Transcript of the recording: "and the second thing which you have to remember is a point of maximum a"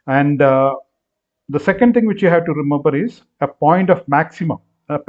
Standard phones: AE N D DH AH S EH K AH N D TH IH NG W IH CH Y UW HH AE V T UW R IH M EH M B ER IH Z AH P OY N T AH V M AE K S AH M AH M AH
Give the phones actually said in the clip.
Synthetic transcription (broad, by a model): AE N D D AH S EH K AH N D T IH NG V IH CH Y UW HH AE V T UW R IH M EH M B ER IH Z AH P OY N T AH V M AE K S AH M AH M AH